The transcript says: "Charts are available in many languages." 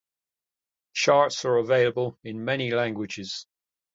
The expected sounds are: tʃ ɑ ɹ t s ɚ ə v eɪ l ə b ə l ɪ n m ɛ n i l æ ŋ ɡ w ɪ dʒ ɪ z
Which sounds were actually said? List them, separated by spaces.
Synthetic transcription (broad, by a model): ʃ ɑ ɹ t s ɚ ə v eɪ l ə b ə l ɪ n m ɛ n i l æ ŋ ɡ w ɪ dʒ ɪ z